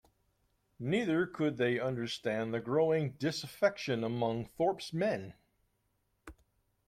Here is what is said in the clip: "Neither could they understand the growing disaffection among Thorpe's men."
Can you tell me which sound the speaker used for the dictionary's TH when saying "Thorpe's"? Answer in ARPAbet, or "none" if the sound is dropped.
TH